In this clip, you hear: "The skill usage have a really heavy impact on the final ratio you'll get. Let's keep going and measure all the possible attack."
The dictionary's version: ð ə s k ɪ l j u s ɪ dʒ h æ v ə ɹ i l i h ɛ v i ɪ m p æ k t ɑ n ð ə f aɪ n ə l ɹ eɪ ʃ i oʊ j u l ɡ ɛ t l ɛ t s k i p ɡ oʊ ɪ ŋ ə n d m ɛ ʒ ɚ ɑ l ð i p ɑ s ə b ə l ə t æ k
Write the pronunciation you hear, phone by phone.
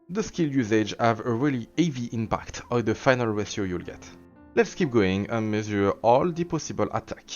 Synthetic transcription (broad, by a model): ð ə s k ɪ l j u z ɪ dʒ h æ v ə ɹ i l i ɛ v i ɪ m p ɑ k t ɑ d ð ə f aɪ n ə l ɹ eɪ s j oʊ j u l ɡ ɛ t l ɛ t s k i p ɡ oʊ ɪ ŋ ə n m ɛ z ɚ ɑ l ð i p ɑ s ə b ə l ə t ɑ k